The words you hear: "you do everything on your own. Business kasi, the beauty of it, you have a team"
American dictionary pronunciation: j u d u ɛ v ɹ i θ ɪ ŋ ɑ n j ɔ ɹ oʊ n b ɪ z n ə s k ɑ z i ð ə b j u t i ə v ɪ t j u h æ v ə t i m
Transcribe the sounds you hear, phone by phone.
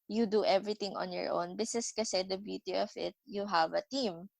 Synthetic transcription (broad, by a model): j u d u ɛ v ɹ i t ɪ ŋ ɑ n j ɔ ɹ oʊ n b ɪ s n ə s k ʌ s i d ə b j u t i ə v ɪ t j u h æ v ə t i m